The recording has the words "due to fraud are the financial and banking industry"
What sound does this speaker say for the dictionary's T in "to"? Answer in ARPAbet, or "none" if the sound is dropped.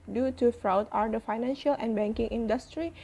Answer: T